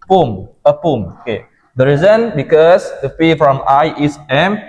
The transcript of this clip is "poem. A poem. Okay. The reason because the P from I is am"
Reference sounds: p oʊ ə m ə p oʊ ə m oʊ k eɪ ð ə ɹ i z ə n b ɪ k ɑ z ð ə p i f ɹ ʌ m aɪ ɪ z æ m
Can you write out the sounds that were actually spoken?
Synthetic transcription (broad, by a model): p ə m ə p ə m oʊ k eɪ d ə ɹ i z ə n b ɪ k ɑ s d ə f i f ɹ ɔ m aɪ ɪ s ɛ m